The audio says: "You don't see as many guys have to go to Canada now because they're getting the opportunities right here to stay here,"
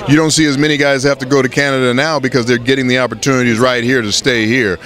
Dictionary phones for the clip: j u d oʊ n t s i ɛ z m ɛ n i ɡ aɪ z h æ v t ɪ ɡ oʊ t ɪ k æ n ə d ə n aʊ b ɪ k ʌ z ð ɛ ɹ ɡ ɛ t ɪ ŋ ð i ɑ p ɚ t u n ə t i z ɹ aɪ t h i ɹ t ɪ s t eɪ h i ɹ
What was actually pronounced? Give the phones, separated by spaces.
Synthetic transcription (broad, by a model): j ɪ d oʊ n t s i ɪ z m ɛ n i ɡ aɪ z h æ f t ɪ ɡ oʊ t ɪ k æ n ə d ə n aʊ b ɪ k ʌ z ð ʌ ɹ ɡ ɛ t ɪ ŋ ð i ɑ p ɚ t u n ə t i z ɹ aɪ t h i ɹ t ɪ s t eɪ h i ɹ